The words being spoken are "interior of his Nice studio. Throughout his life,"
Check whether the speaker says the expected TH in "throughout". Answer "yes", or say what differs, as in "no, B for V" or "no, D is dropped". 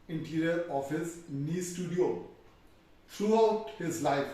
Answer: no, T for TH